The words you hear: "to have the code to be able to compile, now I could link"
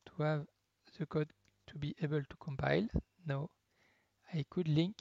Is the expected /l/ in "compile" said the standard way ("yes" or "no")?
yes